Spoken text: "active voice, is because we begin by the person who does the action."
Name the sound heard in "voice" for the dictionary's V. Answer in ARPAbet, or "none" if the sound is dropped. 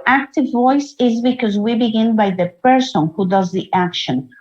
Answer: V